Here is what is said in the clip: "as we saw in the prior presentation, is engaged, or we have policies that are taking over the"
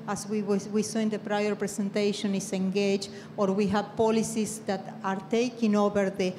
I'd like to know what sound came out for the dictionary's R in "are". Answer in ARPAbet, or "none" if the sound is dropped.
R